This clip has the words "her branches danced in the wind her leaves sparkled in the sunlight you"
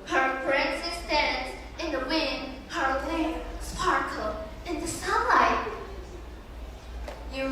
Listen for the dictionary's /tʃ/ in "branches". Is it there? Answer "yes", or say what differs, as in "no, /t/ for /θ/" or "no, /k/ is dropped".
no, /s/ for /tʃ/